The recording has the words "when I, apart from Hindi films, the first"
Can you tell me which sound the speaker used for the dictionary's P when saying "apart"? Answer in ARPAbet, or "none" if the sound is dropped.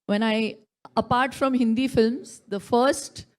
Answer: P